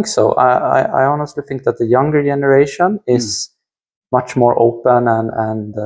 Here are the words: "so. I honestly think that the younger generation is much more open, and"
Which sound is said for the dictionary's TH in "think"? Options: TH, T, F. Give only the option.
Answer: TH